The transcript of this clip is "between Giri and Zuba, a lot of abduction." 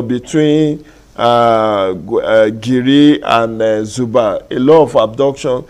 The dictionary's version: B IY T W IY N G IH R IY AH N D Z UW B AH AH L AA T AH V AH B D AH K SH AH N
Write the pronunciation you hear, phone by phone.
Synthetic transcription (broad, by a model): B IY T W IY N G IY R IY AH N D Z UW B AH AH L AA AH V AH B D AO K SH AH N